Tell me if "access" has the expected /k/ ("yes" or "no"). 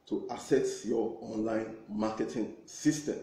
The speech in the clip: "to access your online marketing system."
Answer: no